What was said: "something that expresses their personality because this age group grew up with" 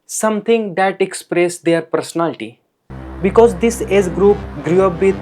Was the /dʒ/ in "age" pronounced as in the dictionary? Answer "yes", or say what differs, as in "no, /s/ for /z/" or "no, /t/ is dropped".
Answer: no, /z/ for /dʒ/